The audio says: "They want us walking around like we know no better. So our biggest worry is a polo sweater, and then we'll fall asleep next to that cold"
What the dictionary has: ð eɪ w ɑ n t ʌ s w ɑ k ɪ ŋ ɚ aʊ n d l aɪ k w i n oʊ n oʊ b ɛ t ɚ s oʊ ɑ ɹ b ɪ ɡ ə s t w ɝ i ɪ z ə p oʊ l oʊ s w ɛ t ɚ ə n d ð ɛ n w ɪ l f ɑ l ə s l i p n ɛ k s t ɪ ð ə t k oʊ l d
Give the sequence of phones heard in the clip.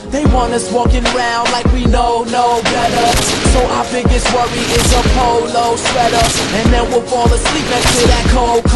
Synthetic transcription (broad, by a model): ð eɪ w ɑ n ʌ s w ɑ k ɪ ŋ ɚ aʊ n d l aɪ k w i n oʊ n oʊ b ɛ t ɚ s oʊ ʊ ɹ b ɪ ɡ ə s t w ɝ i ɪ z ə p oʊ l oʊ s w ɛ t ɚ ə n ð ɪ n w ɪ l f ɑ l ə s l i p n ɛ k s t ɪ ð ə t k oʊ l